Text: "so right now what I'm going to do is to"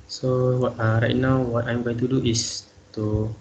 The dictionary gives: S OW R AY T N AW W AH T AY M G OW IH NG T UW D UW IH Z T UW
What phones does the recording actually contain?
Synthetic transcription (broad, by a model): S OW R AY T N AW W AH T AY M G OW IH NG T UW D UW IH S T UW